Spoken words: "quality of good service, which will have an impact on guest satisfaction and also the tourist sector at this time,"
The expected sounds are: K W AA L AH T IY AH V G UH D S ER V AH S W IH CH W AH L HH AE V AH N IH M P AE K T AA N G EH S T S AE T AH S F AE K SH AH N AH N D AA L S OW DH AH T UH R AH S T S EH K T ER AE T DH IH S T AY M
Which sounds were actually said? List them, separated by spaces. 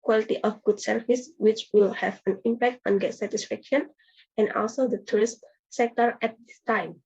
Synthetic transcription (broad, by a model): K W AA L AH T IY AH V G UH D S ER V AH S W IH CH W AH L HH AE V AH N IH M P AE K T AA N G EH T S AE T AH S F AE K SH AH N AH N D AA L S OW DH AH T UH R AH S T S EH K T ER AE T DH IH S T AY M